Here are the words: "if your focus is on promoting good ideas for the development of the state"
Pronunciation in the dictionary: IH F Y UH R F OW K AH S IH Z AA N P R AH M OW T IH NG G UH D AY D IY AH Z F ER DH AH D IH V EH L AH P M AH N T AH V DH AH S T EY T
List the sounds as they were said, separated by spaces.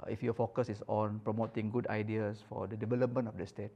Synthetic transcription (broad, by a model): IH F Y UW F OW K AH S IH S AA N P R AH M OW T IH NG G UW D AY D IY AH S F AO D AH D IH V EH L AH P M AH N AH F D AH S T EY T